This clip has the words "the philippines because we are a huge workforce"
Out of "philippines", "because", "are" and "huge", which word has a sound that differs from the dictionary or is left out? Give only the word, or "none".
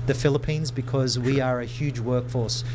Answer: none